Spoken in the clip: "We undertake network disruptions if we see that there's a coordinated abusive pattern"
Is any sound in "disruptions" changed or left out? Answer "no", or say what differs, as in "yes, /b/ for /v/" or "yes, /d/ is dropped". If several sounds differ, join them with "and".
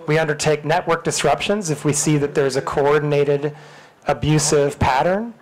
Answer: no